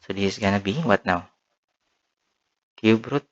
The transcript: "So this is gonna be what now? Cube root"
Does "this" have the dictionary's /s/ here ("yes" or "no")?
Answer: no